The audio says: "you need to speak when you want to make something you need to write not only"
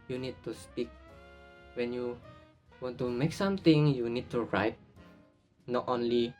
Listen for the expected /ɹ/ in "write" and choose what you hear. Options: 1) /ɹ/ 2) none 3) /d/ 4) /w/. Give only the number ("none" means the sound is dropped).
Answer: 1